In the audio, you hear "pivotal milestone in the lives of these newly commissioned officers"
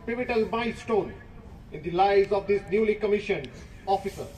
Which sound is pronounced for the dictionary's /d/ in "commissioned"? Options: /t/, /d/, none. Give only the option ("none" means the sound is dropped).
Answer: none